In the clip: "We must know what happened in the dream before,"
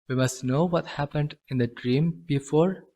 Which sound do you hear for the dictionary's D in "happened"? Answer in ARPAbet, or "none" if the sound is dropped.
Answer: D